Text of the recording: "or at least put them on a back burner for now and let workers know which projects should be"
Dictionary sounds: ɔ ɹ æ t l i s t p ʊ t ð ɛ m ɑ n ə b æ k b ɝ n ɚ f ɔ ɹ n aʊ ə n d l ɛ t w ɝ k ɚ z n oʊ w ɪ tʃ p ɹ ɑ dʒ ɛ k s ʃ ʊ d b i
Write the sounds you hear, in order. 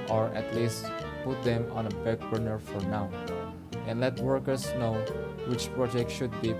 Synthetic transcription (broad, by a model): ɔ ɹ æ t l i s t p ʊ t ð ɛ m ɑ n ə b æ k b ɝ n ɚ f ɔ ɹ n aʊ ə n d l ɛ t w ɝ k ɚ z n oʊ w ɪ tʃ p ɹ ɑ dʒ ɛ k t ʃ ʊ d b i